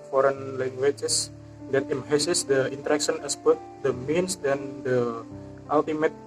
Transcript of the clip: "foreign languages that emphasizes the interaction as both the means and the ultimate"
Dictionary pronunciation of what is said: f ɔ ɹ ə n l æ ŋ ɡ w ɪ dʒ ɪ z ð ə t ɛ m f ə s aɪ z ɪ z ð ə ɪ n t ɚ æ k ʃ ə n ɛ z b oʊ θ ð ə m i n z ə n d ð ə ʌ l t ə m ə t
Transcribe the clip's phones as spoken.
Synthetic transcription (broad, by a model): f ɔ ɹ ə n l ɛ ŋ ɡ w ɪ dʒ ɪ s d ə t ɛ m ə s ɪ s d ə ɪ n t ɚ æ k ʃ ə n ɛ s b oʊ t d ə m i n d ə n d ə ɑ l t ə m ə t